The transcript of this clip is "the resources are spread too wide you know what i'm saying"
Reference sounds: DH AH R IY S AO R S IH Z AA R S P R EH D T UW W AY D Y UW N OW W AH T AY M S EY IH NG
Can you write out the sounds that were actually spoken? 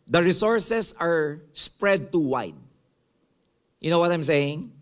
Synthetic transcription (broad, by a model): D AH R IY S AO R S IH S AA R S P R EH D T UW W AY D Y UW N OW W AH T AY M S EY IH NG